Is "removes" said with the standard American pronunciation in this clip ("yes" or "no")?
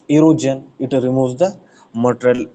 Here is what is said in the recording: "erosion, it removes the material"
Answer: no